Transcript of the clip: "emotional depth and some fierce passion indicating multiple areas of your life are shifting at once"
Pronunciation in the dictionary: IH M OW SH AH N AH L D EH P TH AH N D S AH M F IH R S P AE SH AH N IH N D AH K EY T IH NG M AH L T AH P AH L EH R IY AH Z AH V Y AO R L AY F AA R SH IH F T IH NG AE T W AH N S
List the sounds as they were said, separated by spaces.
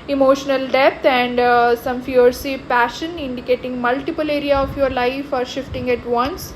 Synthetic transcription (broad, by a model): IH M OW SH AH N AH L D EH P T AH N D S AH M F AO R S P AE SH AH N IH N D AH K EY T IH NG M AH L T AH P AH L EH R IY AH AH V Y AO R L AY F AA R SH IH F T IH NG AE T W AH N S